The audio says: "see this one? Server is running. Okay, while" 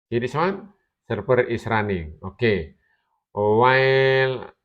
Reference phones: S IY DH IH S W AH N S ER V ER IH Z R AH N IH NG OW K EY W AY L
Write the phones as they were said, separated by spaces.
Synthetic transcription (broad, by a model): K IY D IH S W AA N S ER P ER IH S R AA N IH NG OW K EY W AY L